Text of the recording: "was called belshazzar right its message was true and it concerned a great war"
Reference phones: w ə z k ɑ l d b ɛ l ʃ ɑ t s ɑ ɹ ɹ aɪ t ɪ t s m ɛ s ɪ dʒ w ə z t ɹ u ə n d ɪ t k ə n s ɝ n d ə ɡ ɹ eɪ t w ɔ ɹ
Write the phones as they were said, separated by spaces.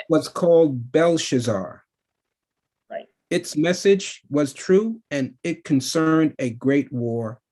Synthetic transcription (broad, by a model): w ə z k ɑ l d b ɛ l ʃ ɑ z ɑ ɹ ɹ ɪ ɪ t s m ɛ s ɪ dʒ w ə z t ɹ u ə n ɪ t k ə n s ɝ n d ə ɡ ɹ eɪ t w ɔ ɹ